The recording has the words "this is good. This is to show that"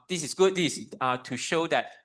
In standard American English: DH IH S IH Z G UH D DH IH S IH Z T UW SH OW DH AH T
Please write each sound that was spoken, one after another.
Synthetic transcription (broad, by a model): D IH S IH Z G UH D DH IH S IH T UW SH OW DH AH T